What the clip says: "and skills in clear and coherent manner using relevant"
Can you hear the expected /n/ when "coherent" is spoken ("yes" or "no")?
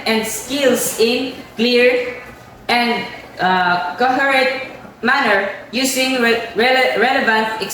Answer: no